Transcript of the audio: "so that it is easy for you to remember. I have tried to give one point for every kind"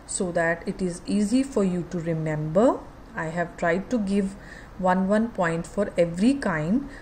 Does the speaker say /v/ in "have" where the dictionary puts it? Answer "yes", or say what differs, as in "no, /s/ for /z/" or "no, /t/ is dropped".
yes